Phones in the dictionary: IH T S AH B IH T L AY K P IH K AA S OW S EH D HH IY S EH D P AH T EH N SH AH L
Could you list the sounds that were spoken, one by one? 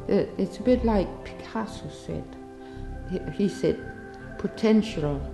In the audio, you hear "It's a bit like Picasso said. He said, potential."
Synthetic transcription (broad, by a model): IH T S AH B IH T L AY K P IH K AA S OW S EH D HH IY S EH D P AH T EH N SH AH L